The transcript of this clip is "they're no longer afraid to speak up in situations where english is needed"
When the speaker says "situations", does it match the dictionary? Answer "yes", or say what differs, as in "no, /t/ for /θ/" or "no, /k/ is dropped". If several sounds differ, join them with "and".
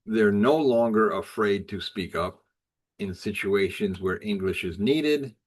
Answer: yes